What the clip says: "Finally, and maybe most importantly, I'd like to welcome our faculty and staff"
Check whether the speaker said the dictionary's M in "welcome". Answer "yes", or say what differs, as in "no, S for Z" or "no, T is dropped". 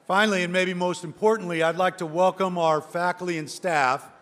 yes